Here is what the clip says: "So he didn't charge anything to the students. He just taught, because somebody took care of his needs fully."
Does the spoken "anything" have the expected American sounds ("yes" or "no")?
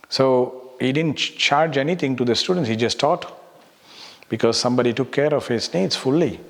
no